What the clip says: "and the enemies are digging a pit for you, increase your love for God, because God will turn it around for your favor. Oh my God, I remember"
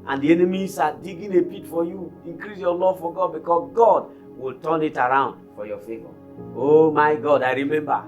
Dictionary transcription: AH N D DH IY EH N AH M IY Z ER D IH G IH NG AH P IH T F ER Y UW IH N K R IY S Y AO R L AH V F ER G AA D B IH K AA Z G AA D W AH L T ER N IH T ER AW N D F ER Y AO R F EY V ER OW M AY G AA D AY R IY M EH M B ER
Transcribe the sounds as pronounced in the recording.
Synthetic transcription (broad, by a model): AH N D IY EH N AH M IY S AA D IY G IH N AH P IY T F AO Y UW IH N K R IY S Y AO L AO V F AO G AA D B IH K AA S G AA D W AH L T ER N IH T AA AW N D F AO Y AO F EY V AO OW M AY G AA D AY R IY M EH M B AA